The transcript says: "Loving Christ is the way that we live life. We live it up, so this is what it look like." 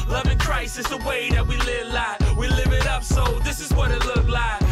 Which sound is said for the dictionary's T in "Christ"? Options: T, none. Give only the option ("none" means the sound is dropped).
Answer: none